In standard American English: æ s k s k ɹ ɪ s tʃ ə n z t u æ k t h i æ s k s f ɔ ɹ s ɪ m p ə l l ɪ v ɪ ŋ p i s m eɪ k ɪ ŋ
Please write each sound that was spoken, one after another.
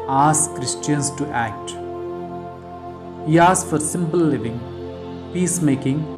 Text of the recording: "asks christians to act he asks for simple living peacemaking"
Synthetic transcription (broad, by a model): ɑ s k k ɹ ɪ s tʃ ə n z t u æ k t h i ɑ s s f ɔ ɹ s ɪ m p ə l l ɪ v ɪ ŋ p i s m eɪ k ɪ ŋ